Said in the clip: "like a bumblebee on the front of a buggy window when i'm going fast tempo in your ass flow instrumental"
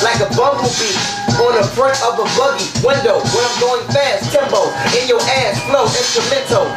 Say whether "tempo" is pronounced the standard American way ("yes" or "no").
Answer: no